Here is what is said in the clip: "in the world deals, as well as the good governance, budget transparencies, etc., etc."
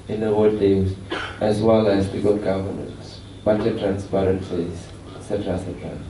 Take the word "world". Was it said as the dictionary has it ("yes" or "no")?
no